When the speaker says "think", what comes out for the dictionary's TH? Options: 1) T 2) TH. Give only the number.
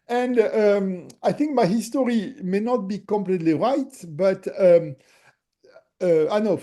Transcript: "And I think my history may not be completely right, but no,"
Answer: 2